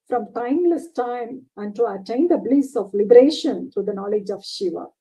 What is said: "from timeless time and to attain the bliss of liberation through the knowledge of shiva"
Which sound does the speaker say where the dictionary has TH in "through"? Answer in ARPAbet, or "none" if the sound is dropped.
T